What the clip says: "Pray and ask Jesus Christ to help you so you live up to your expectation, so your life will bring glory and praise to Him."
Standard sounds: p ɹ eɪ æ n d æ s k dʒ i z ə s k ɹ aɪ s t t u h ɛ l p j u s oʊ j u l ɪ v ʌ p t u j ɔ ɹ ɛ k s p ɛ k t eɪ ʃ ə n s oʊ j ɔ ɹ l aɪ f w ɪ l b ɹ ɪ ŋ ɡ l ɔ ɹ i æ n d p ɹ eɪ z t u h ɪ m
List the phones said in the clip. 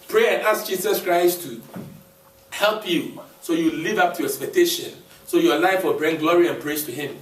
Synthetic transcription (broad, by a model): p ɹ eɪ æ n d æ s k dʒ i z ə s k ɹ aɪ s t t u h ɛ l p j u s oʊ j u l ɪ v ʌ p t u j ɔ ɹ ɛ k s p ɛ k t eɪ ʃ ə n s oʊ j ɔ l aɪ f w ɪ l b ɹ ɪ ŋ ɡ l ɔ ɹ i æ n p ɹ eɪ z t u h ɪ m